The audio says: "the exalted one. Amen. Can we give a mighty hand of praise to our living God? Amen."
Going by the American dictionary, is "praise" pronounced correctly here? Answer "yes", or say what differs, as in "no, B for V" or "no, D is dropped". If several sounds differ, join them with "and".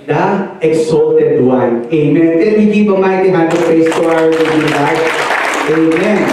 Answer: no, R is dropped and S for Z